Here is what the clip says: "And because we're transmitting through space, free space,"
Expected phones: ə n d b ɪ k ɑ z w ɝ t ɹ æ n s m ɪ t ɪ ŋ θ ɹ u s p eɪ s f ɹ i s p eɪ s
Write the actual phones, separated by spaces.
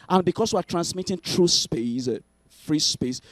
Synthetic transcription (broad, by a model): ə n b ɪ k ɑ s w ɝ t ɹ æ n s m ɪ t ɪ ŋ t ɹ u s p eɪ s f ɹ i s p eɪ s